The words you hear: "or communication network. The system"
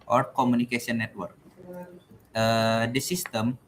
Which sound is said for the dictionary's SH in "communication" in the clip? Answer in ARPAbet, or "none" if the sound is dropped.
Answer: S